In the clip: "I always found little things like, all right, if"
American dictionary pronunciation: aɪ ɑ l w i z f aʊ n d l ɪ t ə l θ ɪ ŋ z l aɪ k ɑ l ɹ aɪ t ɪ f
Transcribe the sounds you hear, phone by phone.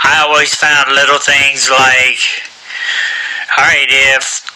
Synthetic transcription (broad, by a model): aɪ ɑ l w i z f aʊ n d l ɪ t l θ ɪ ŋ z l aɪ k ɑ ɹ aɪ t ɪ f